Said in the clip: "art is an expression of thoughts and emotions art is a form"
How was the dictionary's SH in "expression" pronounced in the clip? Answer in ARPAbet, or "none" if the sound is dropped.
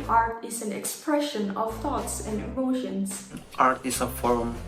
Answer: SH